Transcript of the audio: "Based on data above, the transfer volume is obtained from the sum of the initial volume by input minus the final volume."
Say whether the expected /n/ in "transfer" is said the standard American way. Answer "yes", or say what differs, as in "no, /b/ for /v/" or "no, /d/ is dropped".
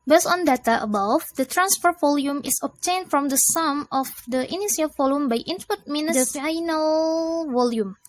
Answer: yes